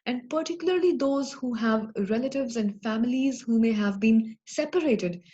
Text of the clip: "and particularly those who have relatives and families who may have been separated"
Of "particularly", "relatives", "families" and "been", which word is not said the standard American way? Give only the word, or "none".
none